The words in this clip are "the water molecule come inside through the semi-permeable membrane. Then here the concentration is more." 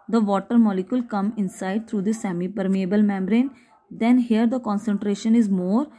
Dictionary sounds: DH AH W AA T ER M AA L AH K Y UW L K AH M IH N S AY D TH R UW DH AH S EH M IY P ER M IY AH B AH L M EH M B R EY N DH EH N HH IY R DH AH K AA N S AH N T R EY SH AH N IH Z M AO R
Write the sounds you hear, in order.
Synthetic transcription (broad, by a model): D AH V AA T ER M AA L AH K Y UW L K AH M IH N S AY D T R UW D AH S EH M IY P ER M IY AH B AH L M EH M B R EY N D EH N HH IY R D AH K AA N S AH N T R EY SH AH N IH Z M AO R